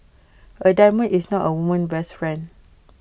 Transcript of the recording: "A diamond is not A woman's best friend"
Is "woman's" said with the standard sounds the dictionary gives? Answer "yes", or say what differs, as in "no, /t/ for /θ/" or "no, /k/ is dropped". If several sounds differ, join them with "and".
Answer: no, /z/ is dropped